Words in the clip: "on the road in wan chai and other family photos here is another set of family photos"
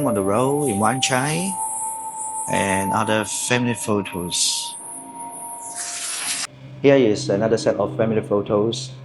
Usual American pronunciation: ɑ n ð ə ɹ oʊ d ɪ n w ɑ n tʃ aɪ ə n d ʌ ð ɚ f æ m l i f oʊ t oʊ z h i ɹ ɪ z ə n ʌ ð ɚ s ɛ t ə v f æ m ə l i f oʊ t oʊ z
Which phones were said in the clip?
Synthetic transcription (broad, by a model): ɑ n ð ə ɹ oʊ ɪ n w ɑ n tʃ aɪ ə n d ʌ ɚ f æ m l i f oʊ t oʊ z h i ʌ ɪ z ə n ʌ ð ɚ s ɛ t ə f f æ m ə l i f oʊ t oʊ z